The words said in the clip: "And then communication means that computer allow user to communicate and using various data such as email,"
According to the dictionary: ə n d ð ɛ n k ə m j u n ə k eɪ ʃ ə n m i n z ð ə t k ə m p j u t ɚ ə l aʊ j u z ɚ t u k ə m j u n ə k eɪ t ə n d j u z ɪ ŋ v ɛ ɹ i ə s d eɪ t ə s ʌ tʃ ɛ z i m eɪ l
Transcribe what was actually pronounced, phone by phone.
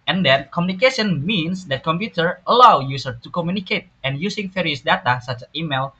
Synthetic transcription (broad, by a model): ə n d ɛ n k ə m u n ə k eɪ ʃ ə n m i n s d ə t k ə m p j u t ɚ ə l aʊ j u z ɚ t u k ə m j u n ə k eɪ t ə n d j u s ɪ ŋ f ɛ ɹ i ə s d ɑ t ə s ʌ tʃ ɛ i m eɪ l